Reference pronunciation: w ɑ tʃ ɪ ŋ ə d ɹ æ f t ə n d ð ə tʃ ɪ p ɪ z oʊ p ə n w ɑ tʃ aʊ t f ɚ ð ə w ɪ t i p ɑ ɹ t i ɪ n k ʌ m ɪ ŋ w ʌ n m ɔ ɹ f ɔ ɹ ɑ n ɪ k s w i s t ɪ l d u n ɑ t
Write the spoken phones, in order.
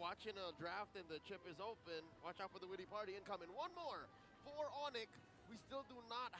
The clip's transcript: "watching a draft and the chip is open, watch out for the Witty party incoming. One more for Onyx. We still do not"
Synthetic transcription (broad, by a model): w ɑ tʃ ɪ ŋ ə d ɹ æ f t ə n ð ə tʃ ɪ p ɪ z oʊ p ə n w ɑ tʃ aʊ t f ɚ ð ə w ɪ t i p ɑ ɹ t i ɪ n k ʌ m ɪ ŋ w ʌ n m ɔ ɹ f ɔ ɹ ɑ n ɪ k w i s t ɪ l d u n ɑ t